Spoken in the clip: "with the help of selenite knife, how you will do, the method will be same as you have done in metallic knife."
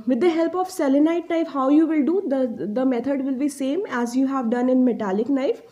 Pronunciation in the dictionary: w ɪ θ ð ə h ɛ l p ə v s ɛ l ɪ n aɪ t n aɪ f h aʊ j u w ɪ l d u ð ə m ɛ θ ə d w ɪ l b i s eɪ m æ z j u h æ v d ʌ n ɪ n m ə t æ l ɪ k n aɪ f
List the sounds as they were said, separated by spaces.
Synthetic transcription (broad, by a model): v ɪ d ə h ɛ l p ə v s ɛ l ɪ n aɪ t n aɪ f h aʊ j u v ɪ l d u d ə m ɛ t ə d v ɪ l b i s eɪ m æ z j u h æ v d ʌ n ɪ n m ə t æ l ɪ k n aɪ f